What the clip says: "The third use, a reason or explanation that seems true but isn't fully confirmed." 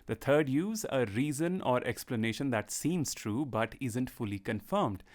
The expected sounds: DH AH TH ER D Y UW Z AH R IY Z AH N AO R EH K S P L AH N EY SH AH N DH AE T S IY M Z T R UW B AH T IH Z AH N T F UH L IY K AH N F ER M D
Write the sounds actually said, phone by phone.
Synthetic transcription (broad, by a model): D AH T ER D Y UW Z AH R IY Z AH N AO R EH K S P L AH N EY SH AH N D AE T S IY M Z T R UW B AH T IH Z AH N T F UH L IY K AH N F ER M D